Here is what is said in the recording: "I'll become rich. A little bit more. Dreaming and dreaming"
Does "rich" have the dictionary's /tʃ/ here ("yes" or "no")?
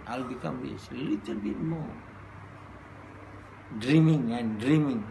no